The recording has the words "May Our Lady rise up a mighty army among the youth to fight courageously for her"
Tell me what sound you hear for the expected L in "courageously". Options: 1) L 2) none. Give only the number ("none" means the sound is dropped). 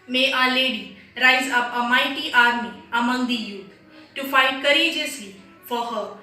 2